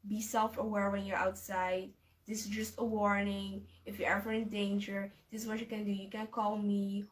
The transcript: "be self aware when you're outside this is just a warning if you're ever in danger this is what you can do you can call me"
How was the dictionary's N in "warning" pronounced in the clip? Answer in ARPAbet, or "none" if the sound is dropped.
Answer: N